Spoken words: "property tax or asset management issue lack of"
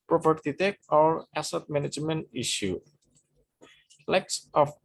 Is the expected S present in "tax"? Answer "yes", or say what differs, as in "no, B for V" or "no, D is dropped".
no, S is dropped